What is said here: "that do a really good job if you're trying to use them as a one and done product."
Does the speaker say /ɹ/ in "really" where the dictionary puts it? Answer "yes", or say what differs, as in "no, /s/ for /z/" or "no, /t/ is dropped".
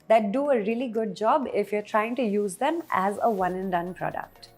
yes